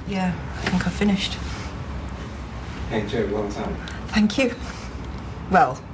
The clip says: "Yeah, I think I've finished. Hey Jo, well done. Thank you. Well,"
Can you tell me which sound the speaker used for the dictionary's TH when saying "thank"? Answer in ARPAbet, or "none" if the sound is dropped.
TH